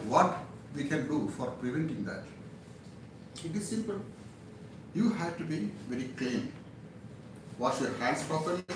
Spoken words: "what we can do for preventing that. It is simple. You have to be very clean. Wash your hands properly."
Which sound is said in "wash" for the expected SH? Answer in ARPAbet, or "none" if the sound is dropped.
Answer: S